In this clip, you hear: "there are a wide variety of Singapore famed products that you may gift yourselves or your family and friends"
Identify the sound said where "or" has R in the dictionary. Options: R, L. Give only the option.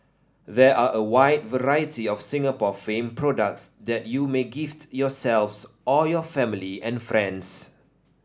L